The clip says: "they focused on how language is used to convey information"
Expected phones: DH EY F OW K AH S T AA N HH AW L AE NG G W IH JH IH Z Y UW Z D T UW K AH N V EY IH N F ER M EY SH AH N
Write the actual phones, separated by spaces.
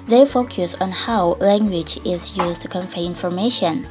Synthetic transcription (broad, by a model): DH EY F OW K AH S AA N HH AW L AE NG G W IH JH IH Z Y UW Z T UW K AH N F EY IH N F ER M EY SH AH N